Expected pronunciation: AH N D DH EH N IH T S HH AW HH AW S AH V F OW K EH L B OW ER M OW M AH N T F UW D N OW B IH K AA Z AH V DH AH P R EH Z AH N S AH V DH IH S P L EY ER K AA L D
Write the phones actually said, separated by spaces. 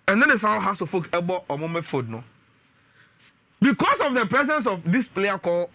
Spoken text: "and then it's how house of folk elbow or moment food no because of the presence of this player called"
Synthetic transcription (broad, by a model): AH N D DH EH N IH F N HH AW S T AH F OW K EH B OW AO M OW M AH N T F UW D N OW B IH K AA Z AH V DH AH P R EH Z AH N S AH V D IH S P L EY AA K AA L